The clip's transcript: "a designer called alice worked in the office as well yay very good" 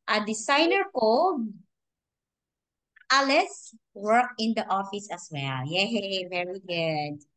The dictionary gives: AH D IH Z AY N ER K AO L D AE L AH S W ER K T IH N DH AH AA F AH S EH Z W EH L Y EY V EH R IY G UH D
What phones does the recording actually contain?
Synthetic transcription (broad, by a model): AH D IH S AY N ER K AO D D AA L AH S W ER K IH N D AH AA F AH S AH S W EH L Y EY V EH R IY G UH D